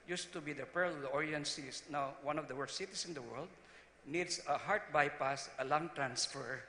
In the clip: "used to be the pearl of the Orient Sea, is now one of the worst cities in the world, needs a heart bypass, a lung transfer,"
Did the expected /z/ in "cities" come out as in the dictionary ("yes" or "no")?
no